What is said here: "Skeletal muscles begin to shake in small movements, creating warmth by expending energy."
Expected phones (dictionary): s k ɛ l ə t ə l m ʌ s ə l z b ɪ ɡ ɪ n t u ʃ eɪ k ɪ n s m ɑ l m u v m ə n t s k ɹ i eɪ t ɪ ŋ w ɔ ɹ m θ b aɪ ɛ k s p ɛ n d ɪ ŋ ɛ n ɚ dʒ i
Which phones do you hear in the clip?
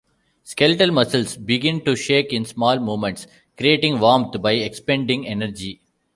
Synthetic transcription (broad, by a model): s k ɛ l t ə l m ʌ s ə l s b ɪ ɡ ɪ n t u ʃ eɪ k ɪ n s m ɑ l m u m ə n t s k ɹ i eɪ t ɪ ŋ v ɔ m t b aɪ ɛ k s p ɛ n d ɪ ŋ ɛ n ɚ dʒ i